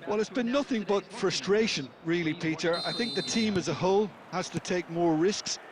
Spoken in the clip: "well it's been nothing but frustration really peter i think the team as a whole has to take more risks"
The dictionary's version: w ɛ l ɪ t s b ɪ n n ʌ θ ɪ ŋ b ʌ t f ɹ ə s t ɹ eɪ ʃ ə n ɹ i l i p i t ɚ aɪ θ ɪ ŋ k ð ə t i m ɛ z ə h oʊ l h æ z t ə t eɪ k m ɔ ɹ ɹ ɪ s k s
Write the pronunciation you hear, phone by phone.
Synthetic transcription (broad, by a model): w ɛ l ɪ t s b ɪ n n ʌ θ ɪ ŋ b ʌ t f ɹ ə s t ɹ eɪ ʃ ə n ɹ i l i p i t ɚ aɪ θ ɪ ŋ k ð ə t i m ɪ z ə h oʊ l h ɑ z t ə t eɪ k m ɔ ɹ ɹ ɪ s k s